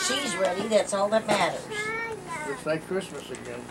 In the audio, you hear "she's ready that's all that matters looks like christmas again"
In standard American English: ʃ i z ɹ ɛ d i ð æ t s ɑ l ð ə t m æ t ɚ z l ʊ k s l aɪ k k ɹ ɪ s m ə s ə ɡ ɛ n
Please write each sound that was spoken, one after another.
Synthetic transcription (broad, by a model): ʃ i z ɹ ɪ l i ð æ t s ɑ l ð ə t m æ t ɚ z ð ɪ s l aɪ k k ɹ ɪ s m ə s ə ɡ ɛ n